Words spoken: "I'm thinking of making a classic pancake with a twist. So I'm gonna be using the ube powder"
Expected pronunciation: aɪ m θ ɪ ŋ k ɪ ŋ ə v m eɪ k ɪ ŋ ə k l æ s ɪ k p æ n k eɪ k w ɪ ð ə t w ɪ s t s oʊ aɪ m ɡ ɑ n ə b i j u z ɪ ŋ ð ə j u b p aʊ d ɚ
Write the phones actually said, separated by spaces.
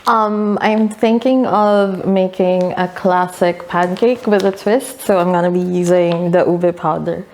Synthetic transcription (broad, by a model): aɪ m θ ɪ ŋ k ɪ ŋ ə v m eɪ k ɪ ŋ ə k l æ s ɪ k p æ n k eɪ k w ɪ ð ə t w ɪ s t s oʊ aɪ m ɡ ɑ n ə b i j u z ɪ ŋ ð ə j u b p aʊ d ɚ